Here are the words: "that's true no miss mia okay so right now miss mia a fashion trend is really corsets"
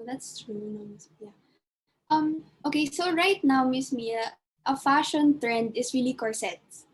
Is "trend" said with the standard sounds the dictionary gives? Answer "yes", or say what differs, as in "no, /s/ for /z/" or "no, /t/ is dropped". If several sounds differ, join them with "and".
yes